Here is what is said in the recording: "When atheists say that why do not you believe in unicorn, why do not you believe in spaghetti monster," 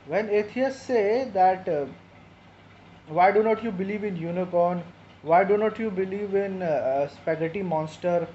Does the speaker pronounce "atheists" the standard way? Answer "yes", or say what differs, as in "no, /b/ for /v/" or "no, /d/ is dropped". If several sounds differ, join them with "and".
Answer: no, /t/ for /θ/